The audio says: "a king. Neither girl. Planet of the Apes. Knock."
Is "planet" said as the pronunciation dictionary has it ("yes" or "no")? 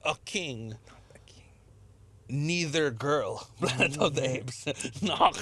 no